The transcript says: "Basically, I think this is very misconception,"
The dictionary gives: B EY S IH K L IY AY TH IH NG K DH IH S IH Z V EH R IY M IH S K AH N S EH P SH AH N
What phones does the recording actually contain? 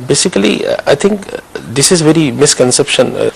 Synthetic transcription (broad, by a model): B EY S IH K L IY AY T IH NG K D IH S IH Z V EH R IY M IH S K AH N S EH P SH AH N